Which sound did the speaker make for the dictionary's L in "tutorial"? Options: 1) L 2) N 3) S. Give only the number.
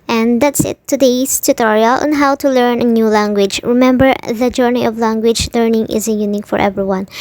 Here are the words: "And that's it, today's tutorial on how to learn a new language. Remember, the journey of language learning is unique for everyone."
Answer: 1